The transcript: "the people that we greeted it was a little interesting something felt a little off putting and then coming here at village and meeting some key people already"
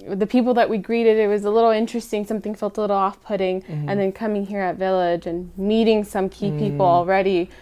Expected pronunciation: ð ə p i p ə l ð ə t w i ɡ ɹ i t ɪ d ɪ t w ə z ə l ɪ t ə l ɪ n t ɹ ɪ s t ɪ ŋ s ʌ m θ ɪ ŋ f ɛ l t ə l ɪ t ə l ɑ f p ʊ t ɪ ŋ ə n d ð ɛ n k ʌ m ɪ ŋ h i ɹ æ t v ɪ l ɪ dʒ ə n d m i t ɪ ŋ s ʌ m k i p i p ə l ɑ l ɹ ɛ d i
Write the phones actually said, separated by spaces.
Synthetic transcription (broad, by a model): ð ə p i p l ð ə t w i ɡ ɹ i t ɪ d ɪ t w ə z ə l ɪ t l ɪ n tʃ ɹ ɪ s t ɪ ŋ s ʌ m θ ɪ ŋ f ɛ l t ə l ɪ t l ɑ f p ʊ t ɪ ŋ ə n ð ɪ n k ʌ m ɪ ŋ h i ɹ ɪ t v ɪ l ɪ dʒ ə n m i t ɪ ŋ s ʌ m k i p i p l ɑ l ɹ ɛ d i